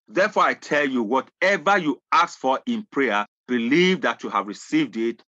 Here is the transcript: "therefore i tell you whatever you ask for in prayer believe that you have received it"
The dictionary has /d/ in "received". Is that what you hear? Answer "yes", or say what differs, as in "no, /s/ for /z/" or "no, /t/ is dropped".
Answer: yes